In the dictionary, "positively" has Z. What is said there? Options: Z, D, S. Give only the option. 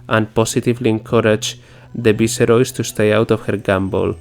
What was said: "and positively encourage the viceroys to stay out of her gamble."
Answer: S